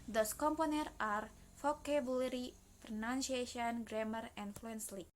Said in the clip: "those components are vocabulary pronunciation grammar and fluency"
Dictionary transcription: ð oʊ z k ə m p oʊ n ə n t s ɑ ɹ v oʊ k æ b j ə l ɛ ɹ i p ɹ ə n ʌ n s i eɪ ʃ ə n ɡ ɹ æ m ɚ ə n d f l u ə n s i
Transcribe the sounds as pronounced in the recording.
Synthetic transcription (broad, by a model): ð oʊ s k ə m p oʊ n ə t ɑ ɹ f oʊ k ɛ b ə l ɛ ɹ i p ɹ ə n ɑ n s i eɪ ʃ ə n ɡ ɹ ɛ m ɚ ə n f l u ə n s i